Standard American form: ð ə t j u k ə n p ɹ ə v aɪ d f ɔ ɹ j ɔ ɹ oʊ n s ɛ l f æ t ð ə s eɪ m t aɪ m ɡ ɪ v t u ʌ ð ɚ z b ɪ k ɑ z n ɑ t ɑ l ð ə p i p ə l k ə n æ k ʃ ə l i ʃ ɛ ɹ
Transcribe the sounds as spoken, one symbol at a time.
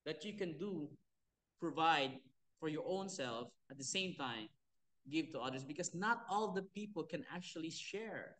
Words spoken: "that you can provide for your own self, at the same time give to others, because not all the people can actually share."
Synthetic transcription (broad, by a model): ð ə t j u k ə n p ɹ ə v aɪ d f ɔ ɹ j ɔ ɹ oʊ n s ɛ l f t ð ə s eɪ m t aɪ m ɡ ɪ v t u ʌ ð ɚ s b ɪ k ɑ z n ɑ t ɑ l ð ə p i p ə l k ə n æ k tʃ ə l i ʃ ɛ ɹ